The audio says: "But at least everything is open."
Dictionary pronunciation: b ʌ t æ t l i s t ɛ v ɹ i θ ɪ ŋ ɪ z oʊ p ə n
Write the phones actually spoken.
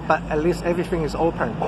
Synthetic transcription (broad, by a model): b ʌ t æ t l i s t ɛ v ɹ i θ ɪ ŋ ɪ z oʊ p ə n